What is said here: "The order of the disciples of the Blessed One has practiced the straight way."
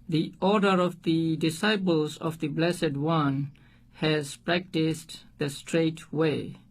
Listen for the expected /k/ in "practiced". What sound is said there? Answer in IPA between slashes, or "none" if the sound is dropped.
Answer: /k/